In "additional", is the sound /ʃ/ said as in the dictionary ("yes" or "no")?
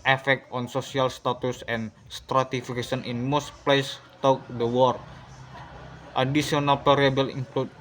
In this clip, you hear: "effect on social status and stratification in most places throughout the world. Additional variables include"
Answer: no